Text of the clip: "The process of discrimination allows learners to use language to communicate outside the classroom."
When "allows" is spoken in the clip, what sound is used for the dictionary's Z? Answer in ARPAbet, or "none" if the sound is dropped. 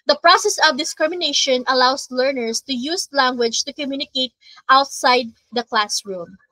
S